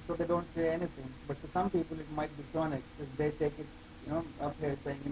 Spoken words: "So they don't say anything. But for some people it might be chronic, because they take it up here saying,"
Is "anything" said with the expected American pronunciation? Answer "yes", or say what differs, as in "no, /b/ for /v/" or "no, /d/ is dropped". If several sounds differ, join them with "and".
no, /t/ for /θ/